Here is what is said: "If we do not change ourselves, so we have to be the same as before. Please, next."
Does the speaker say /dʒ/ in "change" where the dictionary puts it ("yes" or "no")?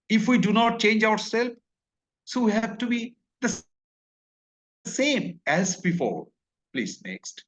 yes